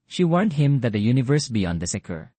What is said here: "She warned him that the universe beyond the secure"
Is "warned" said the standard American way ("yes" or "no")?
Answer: yes